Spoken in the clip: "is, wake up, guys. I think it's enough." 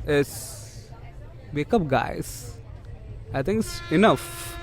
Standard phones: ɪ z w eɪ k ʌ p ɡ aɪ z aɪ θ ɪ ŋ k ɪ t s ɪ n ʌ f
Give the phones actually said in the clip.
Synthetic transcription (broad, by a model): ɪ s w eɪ k ʌ p ɡ aɪ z aɪ t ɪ ŋ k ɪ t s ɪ n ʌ f